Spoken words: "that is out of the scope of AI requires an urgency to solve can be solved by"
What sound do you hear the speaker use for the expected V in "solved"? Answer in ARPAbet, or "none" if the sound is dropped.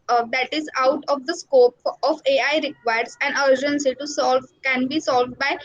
V